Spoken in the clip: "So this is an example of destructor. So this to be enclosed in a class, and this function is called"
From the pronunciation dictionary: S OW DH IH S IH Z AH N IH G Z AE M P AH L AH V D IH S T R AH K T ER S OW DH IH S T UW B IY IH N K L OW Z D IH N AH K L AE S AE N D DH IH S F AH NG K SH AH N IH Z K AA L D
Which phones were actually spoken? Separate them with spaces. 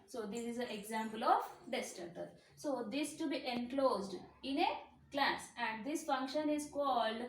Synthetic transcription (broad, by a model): S OW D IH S IH Z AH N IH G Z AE M P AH L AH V D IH S T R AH T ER S OW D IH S T UW B IY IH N K L OW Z D IH N AH K L AE S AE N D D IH S F AH NG K SH AH N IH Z K AA L D